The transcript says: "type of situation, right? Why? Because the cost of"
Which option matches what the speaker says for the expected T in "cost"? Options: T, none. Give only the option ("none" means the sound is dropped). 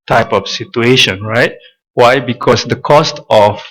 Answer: T